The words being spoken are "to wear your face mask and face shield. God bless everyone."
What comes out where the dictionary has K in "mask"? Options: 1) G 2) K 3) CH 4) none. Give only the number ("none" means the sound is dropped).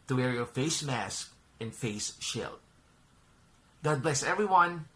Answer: 2